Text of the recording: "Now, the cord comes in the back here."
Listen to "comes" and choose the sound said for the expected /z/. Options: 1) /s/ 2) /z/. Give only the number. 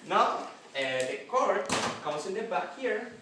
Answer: 1